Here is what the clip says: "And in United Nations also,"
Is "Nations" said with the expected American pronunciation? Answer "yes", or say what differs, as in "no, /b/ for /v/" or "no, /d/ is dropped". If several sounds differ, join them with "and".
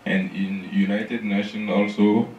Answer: no, /z/ is dropped